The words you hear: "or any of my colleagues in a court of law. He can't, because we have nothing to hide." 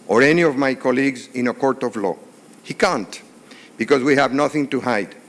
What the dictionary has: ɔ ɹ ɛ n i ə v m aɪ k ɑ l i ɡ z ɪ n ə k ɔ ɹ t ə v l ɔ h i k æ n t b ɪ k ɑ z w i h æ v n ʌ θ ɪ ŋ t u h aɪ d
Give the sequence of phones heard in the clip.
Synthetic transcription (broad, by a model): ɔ ɹ ɛ n i ə v m aɪ k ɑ l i ɡ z ɪ n ə k ɔ ɹ t ə v l ɔ h i k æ n t b ɪ k ɑ z w i h æ v n ʌ θ ɪ ŋ t u h aɪ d